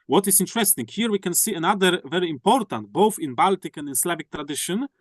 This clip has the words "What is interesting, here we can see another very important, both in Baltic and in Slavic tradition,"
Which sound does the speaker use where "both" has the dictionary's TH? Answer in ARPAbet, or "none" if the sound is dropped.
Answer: TH